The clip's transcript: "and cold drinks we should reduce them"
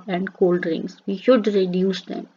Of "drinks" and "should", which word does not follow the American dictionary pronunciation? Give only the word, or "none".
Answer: drinks